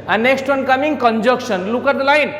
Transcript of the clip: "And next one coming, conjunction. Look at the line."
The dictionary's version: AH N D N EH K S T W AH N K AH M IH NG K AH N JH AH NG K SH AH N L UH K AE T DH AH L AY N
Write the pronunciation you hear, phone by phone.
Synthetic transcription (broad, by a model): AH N N EH K S T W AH N K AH M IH NG K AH N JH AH K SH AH N L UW K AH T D L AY N